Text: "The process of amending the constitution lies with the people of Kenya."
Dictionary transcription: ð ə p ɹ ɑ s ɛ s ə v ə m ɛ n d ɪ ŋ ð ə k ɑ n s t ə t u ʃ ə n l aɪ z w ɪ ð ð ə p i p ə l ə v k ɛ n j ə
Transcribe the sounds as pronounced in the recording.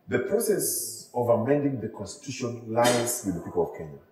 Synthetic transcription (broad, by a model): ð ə p ɹ ɑ s ɛ s ə v ə m ɛ n d ɪ ŋ ð ə k ɑ n s t ə t u ʃ ə n l aɪ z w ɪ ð ð ə p i p ə l ə v k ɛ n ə